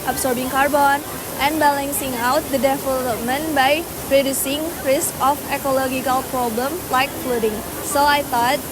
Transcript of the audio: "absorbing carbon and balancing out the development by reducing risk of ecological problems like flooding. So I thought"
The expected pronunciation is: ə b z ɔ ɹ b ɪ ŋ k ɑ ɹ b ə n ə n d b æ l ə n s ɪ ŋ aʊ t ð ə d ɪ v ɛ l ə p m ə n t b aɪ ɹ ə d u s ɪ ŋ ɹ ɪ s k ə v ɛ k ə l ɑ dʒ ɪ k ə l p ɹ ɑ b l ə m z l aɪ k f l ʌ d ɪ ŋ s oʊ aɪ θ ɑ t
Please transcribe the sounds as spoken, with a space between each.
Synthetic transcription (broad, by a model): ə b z ɔ ɹ b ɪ ŋ k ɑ ɹ b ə n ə n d b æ l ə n s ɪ ŋ aʊ t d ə d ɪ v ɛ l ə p m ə n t b aɪ ɹ ə d u s ɪ ŋ ɹ ɪ s k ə f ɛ k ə l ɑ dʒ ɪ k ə l p ɹ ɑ b l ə m l aɪ k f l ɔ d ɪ ŋ s oʊ aɪ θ ɑ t